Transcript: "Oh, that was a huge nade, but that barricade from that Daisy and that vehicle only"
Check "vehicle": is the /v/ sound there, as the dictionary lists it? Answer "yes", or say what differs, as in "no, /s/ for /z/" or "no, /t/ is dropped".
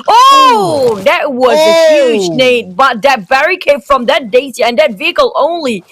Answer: yes